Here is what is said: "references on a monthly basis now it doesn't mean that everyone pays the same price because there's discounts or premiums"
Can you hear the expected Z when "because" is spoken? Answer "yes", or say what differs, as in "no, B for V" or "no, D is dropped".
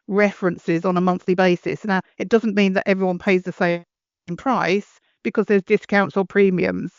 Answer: yes